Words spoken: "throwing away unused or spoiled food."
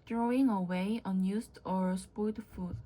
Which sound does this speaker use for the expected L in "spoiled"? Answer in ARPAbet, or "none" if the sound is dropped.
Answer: none